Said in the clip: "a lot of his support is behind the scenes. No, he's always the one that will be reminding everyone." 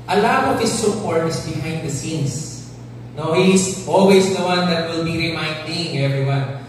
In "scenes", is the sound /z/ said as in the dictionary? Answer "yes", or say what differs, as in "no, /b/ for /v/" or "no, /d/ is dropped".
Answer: no, /s/ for /z/